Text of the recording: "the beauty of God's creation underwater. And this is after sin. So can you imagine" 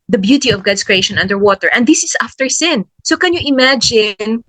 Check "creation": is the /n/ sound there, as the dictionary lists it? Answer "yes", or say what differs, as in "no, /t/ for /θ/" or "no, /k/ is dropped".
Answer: yes